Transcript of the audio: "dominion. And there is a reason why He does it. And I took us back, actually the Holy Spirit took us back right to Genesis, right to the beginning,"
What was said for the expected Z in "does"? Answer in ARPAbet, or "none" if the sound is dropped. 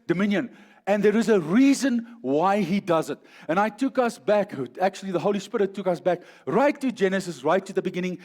Z